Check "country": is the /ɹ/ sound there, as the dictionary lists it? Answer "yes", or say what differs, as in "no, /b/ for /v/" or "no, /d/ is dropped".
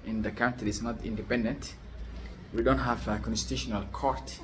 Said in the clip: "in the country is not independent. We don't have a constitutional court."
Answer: no, /ɹ/ is dropped